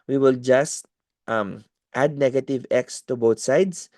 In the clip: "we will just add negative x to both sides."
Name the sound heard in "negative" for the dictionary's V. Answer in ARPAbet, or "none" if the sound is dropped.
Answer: V